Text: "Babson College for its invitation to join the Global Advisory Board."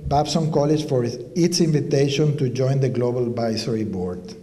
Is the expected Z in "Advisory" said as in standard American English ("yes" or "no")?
no